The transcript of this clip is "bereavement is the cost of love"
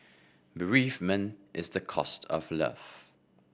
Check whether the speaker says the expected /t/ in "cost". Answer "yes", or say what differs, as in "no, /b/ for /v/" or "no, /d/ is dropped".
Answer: yes